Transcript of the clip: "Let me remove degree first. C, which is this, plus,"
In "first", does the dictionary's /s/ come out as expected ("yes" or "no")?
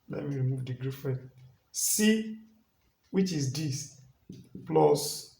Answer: no